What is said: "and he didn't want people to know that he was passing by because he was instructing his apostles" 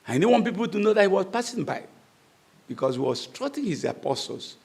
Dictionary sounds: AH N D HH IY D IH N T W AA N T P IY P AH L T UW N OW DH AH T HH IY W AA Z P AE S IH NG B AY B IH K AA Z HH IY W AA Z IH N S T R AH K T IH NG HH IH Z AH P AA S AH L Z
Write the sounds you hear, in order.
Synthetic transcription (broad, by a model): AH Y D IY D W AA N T P IY P AH L T UW N OW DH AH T HH IY W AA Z P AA S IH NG B AY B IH K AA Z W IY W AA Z S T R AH T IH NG HH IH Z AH P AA S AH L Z